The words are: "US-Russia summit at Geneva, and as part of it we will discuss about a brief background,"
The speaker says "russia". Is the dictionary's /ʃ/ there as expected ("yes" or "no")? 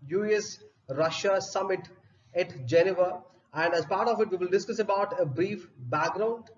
yes